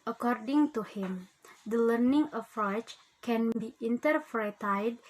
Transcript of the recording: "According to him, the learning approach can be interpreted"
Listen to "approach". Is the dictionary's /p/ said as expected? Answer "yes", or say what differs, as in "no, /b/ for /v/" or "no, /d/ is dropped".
no, /f/ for /p/